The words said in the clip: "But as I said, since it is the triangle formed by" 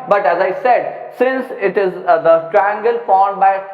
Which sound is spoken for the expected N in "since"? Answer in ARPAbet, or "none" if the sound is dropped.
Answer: N